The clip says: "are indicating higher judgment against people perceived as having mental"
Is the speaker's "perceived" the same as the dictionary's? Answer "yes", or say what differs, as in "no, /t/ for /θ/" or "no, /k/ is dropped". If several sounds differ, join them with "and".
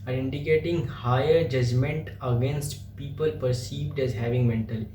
yes